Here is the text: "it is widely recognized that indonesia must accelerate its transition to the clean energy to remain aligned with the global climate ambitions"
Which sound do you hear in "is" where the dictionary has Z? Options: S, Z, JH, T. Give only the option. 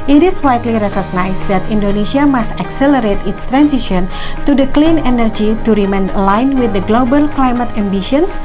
S